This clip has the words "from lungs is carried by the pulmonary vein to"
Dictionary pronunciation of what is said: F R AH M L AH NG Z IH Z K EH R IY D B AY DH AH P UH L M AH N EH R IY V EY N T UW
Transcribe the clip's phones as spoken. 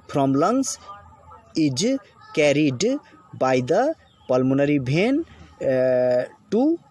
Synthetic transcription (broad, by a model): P R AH M L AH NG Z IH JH K EH R IY D B AY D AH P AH L M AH N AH R IY B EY N T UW